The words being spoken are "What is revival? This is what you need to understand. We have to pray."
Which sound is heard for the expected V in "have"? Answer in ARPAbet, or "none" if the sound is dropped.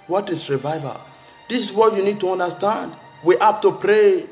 P